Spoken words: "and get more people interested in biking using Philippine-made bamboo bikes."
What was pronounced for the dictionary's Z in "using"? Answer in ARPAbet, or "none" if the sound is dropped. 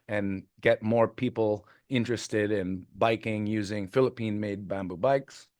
Z